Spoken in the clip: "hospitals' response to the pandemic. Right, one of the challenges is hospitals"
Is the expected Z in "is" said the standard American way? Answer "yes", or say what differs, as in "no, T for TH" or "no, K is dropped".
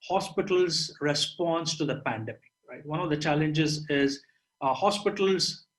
yes